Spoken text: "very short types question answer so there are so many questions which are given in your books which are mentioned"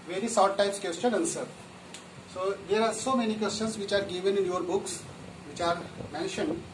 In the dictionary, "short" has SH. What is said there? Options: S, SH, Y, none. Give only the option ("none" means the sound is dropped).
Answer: S